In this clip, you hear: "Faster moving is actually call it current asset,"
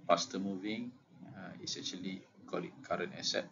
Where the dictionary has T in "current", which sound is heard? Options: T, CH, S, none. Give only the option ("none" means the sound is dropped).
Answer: none